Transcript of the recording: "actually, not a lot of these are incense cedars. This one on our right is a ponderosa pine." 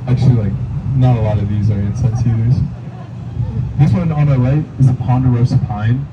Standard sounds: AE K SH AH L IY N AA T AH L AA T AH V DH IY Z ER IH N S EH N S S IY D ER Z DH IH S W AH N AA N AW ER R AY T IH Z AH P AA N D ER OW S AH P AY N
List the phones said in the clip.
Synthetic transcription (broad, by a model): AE K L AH L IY N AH T AH L AA T AH V DH IY Z ER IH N S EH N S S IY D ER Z DH IH S W AH N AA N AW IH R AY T IH Z AH P AA N D ER OW S AH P AY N